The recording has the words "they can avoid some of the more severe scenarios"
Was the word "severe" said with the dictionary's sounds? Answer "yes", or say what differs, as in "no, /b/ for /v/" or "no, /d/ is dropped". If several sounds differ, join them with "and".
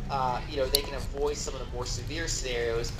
yes